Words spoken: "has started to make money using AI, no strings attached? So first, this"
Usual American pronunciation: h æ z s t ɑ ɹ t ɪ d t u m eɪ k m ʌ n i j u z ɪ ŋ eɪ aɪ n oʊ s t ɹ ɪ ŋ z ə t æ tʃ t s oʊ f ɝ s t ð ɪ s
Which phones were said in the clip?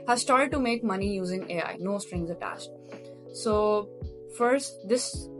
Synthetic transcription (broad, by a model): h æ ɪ s t ɑ ɹ t ɪ d t u m eɪ k m ʌ n i j u z ɪ ŋ eɪ aɪ n oʊ s t ɹ ɪ ŋ z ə t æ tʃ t s oʊ f ɝ s t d ɪ s